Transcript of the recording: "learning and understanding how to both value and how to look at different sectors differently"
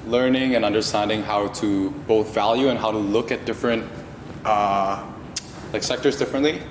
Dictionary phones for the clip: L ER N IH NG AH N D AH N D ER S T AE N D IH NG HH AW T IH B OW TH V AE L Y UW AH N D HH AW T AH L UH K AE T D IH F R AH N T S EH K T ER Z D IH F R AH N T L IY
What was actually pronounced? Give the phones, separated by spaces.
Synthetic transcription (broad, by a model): L ER N IH NG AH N AH N D ER S T AE N D IH NG HH AW T IH B OW TH V AE L Y UW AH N HH AW T AH L UH K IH T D IH F R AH N T S EH K T ER Z D IH F R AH N T L IY